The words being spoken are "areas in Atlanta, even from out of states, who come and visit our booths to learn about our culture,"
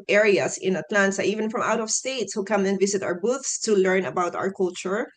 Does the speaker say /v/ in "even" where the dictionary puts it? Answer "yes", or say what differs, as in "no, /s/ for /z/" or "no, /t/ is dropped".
yes